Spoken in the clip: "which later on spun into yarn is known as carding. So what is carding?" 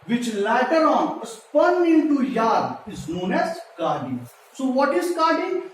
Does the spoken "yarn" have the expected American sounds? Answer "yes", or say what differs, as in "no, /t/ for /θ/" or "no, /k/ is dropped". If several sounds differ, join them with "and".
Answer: no, /n/ is dropped